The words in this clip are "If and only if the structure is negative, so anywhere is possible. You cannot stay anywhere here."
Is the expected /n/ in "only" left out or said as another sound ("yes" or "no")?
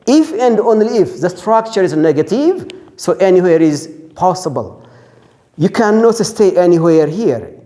no